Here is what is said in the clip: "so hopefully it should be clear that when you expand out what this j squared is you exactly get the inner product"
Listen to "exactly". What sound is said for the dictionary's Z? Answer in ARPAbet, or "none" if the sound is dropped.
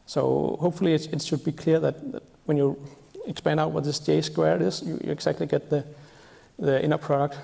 S